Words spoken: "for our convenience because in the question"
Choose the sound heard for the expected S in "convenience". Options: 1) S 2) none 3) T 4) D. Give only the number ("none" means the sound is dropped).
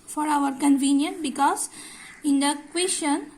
2